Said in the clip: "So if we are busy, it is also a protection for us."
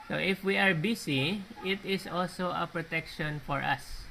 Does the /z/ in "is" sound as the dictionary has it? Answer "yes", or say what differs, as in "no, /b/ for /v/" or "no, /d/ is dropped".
no, /s/ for /z/